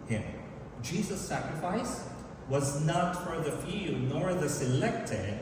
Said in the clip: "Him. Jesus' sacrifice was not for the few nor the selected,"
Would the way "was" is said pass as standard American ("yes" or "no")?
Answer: yes